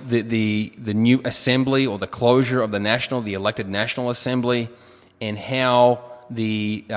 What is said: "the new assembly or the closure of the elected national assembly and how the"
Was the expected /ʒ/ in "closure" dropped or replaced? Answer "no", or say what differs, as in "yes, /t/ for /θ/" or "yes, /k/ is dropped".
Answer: no